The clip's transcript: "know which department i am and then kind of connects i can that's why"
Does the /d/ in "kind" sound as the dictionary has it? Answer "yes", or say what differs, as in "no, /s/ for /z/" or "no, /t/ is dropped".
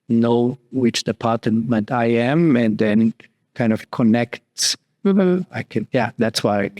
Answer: yes